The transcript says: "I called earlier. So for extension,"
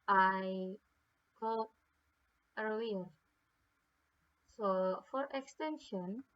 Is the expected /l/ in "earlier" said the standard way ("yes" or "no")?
no